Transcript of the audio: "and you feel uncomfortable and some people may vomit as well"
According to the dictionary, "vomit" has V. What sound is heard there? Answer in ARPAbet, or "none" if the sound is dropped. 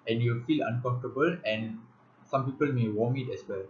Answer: W